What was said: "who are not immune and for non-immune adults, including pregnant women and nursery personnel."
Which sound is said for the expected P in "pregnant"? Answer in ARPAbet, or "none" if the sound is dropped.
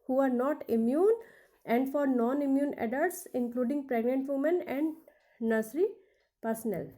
P